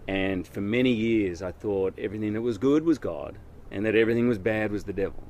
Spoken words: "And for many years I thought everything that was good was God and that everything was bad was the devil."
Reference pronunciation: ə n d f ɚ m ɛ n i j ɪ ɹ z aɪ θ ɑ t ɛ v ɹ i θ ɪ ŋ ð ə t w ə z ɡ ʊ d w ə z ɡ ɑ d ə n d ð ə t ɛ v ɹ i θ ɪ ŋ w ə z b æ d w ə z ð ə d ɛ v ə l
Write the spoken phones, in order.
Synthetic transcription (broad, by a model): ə n f ɚ m ɛ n i j ɪ ɹ z aɪ θ ɑ t ɛ v ɹ i θ ɪ ŋ ð ə t w ə z ɡ ʊ d w ə z ɡ ɑ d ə n ð ə t ɛ v ɹ i θ ɪ ŋ w ə z b æ d w ə z ð ə d ɛ v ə l